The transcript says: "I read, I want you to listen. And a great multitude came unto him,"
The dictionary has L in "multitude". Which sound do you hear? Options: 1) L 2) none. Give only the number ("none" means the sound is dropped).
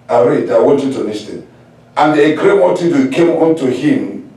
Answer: 2